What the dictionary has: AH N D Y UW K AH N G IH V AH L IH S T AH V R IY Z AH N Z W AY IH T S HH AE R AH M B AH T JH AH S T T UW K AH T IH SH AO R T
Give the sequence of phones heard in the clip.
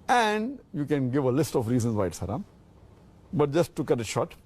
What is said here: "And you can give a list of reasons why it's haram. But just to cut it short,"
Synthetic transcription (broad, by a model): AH N D Y UW K AH N G IH V AH L IH S T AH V R IY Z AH N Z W AY IH T S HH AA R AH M B AH T JH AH S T T UW K AH T IH SH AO T